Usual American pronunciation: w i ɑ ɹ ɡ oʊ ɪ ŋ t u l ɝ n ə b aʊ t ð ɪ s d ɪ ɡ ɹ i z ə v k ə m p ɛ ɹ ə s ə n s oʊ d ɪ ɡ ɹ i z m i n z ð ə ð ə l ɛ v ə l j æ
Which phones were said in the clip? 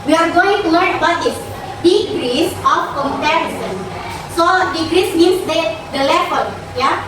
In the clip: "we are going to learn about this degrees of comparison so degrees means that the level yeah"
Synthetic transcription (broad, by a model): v i ɑ ɹ ɡ oʊ ɪ ŋ t u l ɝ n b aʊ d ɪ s d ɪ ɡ ɹ i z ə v k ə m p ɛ ɹ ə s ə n s oʊ d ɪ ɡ ɹ i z m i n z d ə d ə l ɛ f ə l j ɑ